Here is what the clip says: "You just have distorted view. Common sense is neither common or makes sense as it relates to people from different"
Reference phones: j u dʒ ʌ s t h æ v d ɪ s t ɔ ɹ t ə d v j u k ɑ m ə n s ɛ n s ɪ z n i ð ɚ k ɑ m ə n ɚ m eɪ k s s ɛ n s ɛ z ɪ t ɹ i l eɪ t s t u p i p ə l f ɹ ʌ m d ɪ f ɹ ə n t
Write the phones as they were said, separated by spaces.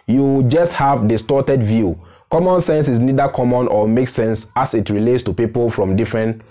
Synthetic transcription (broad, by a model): j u dʒ ʌ s t h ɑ v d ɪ s t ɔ t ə d v j u k ɑ m ə n s ɛ n s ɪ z n i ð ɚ k ɑ m ə n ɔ m eɪ k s s ɛ n s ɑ s ɪ t ɹ i l eɪ t s t u p i p ə l f ɹ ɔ m d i f ɹ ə n t